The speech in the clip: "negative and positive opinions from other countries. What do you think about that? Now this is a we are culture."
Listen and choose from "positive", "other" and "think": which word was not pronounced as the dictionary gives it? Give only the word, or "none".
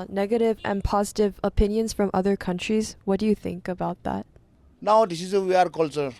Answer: none